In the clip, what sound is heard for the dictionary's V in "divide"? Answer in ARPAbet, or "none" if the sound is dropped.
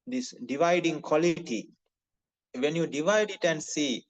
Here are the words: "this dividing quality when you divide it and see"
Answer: V